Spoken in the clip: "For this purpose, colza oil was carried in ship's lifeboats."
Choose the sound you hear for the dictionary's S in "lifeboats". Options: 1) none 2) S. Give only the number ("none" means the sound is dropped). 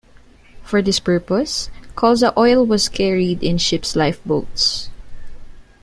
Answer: 2